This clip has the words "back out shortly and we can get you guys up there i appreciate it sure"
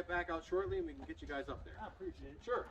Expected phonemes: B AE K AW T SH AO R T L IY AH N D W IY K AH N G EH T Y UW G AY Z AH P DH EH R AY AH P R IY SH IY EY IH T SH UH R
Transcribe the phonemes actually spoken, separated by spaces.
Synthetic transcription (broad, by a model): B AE K AW T SH AO R T L IY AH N W IY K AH N G EH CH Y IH G AY Z AH P DH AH R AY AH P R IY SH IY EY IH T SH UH R